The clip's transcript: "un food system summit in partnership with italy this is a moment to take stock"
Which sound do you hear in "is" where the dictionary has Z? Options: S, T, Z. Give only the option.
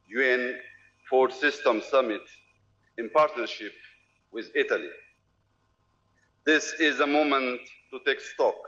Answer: Z